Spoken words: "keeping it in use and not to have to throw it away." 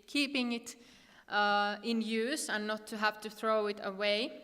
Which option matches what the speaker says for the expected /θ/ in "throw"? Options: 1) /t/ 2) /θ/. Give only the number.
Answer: 2